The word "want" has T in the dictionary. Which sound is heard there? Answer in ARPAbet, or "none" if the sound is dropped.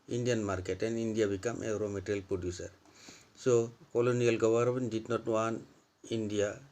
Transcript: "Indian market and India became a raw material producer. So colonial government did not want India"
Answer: none